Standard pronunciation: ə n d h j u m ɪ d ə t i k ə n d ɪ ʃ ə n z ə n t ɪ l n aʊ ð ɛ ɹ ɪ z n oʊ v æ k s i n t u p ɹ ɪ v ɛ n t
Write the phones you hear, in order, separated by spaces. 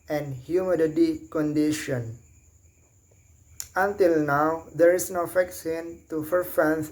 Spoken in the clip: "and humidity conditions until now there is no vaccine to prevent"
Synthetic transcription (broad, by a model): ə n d h j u m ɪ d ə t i k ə n d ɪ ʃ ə n ə n t ɪ l n aʊ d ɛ ɹ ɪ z n oʊ f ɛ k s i n t u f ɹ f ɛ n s